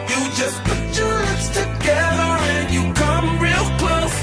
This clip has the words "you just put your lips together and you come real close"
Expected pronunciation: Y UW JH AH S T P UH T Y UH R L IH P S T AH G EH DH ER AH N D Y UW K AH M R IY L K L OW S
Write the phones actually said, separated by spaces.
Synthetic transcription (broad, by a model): Y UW JH AH S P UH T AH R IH S T AH G EH DH ER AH N Y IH K AH M R IY L K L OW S